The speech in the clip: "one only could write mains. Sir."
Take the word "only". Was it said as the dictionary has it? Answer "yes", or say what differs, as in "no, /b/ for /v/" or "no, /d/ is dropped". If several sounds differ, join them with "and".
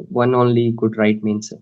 yes